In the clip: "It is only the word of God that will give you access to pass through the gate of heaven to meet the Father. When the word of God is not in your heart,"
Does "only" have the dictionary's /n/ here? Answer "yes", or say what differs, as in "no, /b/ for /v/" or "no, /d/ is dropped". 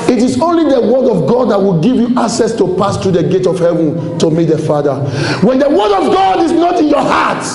yes